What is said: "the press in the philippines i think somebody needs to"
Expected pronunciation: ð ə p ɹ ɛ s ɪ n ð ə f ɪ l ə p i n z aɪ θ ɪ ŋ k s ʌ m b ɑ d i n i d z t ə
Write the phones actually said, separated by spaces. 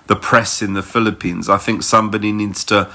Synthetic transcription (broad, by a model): ð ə p ɹ ɛ s ɪ n ð ə f ɪ l ə p i n z aɪ θ ɪ ŋ k s ʌ m b ɑ d i n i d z t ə